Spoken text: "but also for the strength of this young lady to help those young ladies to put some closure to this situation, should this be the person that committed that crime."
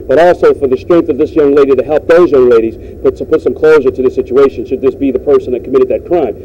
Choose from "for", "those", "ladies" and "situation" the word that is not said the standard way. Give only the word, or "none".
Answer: none